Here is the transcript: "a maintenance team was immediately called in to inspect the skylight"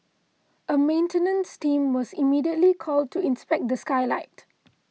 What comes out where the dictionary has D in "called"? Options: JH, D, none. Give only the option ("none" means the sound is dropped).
D